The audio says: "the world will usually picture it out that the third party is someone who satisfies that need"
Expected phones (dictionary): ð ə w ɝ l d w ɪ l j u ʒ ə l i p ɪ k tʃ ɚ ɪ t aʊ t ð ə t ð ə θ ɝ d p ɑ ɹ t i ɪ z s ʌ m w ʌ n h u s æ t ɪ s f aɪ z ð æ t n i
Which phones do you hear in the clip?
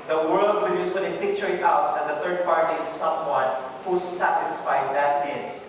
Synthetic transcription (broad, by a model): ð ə w ɝ l d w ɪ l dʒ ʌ s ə n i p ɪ k tʃ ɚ ɪ t aʊ t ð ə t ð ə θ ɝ d p ɑ ɹ t i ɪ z s ʌ m w ʌ n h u s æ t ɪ s f aɪ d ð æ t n